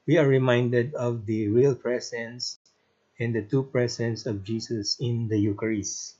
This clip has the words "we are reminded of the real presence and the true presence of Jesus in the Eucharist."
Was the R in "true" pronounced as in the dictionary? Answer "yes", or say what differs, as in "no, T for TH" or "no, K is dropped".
no, R is dropped